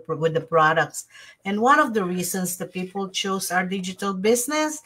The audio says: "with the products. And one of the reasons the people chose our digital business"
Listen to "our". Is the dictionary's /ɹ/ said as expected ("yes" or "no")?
yes